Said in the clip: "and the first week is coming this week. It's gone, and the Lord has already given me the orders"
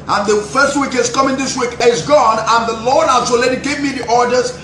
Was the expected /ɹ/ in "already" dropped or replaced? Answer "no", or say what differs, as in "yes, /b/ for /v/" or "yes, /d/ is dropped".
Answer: yes, /l/ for /ɹ/